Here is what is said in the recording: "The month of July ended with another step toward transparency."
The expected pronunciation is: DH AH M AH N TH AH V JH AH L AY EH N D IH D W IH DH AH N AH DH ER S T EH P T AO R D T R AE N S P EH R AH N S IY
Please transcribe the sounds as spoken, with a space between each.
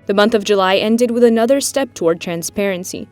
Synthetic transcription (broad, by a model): DH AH M AH N TH AH V JH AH L AY EH N D IH D W IH DH AH N AH DH ER S T EH P T AO R D T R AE N S P EH R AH N S IY